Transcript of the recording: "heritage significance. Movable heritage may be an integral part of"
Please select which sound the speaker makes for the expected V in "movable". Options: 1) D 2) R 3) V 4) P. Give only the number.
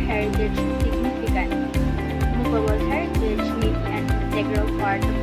4